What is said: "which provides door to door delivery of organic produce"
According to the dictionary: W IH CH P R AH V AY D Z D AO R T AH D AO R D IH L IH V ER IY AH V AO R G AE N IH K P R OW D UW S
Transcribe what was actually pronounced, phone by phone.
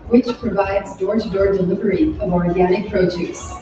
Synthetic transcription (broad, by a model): W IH CH P R AH V AY D Z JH AO R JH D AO R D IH L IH V ER IY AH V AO R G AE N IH K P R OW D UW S